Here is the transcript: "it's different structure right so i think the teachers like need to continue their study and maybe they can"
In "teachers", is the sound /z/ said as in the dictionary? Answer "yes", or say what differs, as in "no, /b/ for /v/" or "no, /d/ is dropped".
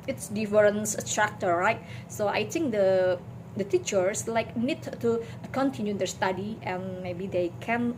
no, /s/ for /z/